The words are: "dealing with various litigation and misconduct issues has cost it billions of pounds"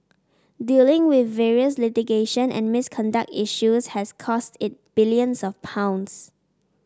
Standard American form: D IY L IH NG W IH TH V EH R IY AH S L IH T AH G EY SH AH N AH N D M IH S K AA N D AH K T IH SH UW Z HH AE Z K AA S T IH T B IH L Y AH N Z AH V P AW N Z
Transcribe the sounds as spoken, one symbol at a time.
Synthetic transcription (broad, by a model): D IY L IH NG W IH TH V EH R IY AH S L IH T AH G EY SH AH N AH N M IH S K AA N D AH K T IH SH UW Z HH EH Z K AA S T IH T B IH L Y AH N S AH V P AW N S